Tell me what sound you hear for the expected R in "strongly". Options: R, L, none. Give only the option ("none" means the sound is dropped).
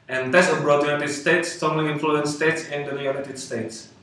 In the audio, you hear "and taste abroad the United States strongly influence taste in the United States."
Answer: none